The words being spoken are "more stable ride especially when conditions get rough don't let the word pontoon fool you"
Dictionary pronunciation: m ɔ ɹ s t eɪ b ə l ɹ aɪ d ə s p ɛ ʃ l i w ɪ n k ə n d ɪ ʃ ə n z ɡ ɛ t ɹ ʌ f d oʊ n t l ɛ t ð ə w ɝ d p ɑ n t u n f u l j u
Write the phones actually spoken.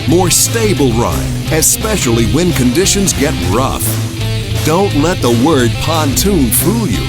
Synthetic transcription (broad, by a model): m ɔ ɹ s t eɪ b l ɹ aɪ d ə s p ɛ ʃ l i w ɪ n k ə n d ɪ ʃ ə n z ɡ ɛ t ɹ ʌ f d oʊ n t l ɛ t ð ə w ɝ d p ɑ n t u n f u l j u